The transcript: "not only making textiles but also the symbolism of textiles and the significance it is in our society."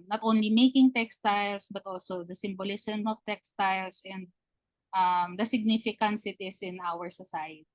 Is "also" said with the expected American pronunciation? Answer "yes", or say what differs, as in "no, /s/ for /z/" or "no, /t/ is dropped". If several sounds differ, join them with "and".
yes